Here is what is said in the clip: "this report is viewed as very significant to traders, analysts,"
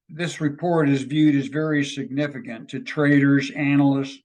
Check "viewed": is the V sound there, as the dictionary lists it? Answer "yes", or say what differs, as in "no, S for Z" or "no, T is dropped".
yes